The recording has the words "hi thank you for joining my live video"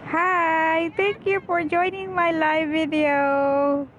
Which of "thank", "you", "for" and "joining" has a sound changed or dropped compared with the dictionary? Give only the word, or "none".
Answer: thank